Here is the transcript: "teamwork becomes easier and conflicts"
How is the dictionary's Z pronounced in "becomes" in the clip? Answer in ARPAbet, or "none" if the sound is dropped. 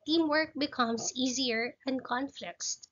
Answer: S